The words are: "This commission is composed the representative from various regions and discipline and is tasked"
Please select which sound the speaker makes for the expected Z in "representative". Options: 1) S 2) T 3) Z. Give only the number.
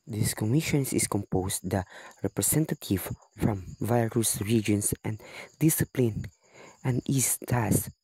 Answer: 1